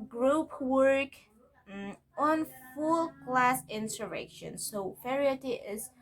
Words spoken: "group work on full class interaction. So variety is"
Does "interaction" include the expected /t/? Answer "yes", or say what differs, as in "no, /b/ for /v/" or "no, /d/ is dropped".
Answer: no, /s/ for /t/